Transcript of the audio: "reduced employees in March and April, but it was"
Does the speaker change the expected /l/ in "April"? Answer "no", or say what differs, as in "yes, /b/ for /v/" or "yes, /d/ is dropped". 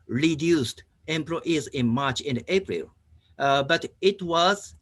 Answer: no